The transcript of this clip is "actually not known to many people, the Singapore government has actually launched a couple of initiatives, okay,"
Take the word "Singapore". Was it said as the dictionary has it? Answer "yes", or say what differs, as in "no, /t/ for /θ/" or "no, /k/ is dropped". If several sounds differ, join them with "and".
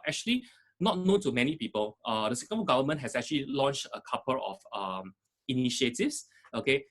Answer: no, /p/ is dropped